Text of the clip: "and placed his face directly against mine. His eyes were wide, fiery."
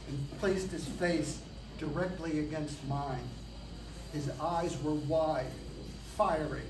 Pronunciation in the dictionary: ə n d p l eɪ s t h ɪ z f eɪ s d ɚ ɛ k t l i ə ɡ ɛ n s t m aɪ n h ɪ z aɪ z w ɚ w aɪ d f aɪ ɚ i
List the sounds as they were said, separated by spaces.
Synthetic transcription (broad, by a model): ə p l eɪ s t h ɪ z f eɪ s d ɚ ɛ k t l i ə ɡ ɛ n s t m aɪ n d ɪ z aɪ z w ɚ w aɪ d f aɪ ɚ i